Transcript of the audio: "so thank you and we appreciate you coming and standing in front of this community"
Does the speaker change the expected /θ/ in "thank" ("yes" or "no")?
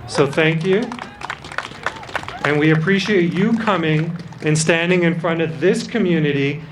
no